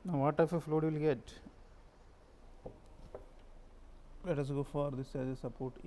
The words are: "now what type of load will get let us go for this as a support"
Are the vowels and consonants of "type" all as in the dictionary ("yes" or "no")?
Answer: no